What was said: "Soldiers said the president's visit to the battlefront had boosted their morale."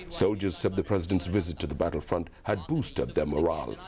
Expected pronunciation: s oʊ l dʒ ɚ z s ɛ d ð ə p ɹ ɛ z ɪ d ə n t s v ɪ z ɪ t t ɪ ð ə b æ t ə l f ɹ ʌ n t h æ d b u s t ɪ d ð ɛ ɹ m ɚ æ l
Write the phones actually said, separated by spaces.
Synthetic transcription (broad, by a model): s oʊ l dʒ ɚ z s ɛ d ð ə p ɹ ɛ z ɪ d ə n t s v ɪ z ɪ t t ɪ ð ə b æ t l f ɹ ʌ n t h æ d b u s t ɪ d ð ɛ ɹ m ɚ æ l